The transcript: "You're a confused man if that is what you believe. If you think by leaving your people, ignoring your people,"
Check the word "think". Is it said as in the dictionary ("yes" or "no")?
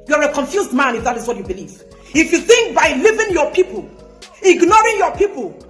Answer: yes